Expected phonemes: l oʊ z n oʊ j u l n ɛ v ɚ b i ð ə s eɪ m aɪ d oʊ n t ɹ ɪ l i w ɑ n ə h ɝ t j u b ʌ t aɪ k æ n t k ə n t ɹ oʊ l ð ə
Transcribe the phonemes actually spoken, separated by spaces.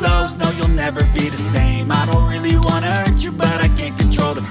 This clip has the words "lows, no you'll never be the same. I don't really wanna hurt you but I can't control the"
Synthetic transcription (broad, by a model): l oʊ z n oʊ j u l n ɛ v ɚ b i ð ə s eɪ m aɪ d oʊ n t ɹ ɪ l i w ɑ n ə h ɝ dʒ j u b ʌ t aɪ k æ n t k ə n t ɹ oʊ l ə